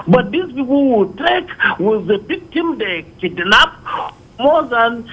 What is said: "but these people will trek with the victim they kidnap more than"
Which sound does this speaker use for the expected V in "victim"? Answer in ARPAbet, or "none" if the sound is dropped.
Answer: B